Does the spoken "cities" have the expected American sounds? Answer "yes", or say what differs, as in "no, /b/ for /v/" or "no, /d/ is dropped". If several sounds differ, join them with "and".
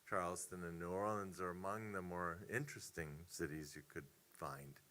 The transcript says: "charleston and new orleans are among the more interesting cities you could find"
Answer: yes